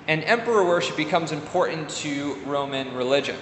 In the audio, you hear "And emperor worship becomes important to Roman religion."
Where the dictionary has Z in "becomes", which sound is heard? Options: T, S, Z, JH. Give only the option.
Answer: Z